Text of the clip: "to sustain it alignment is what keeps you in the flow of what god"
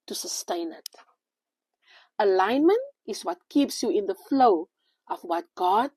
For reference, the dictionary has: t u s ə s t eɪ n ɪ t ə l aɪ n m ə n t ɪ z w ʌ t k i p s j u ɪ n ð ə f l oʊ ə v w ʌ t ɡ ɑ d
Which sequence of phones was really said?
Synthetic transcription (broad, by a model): t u s ə s t eɪ n ɪ t ə l aɪ n m ə n t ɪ s w ʌ t k i p s j u ɪ n ð ə f l oʊ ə f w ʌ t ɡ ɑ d